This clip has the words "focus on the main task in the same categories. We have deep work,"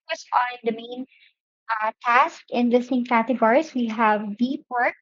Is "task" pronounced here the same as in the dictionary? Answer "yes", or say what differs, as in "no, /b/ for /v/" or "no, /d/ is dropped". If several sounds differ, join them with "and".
yes